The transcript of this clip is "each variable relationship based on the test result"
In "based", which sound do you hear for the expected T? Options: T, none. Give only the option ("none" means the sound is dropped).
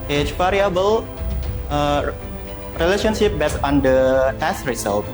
none